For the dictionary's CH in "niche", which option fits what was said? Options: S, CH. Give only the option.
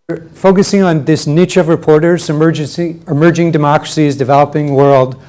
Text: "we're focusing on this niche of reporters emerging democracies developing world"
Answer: CH